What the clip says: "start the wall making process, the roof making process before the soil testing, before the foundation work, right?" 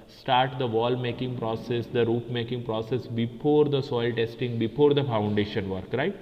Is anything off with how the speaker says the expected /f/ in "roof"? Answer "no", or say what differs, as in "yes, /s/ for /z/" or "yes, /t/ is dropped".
yes, /p/ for /f/